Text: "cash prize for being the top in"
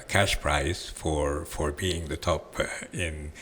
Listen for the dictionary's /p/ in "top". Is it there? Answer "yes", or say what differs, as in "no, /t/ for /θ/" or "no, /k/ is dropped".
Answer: yes